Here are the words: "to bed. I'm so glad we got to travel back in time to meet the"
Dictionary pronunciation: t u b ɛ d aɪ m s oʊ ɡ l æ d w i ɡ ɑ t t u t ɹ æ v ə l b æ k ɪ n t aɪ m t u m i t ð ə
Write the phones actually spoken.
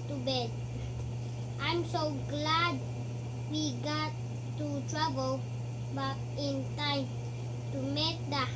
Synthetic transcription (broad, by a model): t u b ɛ d aɪ m s oʊ ɡ l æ d w i ɡ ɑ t t u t ɹ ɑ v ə l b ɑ ɪ n t aɪ m t u m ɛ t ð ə